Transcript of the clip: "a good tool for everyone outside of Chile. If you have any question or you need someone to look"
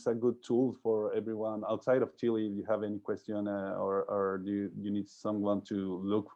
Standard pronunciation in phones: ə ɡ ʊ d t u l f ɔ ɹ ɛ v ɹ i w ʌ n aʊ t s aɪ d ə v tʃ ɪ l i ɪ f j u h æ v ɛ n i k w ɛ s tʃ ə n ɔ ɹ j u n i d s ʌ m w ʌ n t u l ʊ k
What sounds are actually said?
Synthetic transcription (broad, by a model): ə ɡ ʊ d t u l f ɔ ɹ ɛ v ɹ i w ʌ n aʊ t s aɪ d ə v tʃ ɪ l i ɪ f j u h æ v ɛ n i k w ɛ s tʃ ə n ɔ ɹ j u n i d s ʌ m w ʌ n t u l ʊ k